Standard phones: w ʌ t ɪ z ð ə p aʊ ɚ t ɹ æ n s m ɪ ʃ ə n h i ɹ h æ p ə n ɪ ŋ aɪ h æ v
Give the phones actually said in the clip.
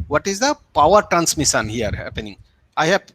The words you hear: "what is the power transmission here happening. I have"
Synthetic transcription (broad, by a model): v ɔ t ɪ z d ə p aʊ ɚ t ɹ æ n s m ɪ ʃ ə n h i ɹ h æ p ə n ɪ ŋ aɪ h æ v